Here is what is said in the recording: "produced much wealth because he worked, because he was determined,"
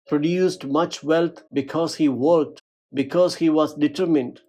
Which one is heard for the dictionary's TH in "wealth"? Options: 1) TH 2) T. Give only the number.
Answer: 2